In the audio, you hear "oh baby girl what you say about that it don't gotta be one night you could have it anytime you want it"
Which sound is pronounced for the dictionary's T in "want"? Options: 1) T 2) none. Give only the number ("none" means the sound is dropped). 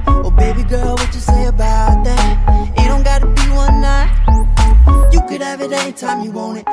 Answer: 2